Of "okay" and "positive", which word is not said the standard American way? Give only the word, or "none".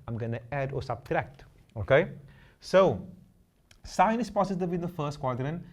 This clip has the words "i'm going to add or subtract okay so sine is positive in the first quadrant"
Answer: positive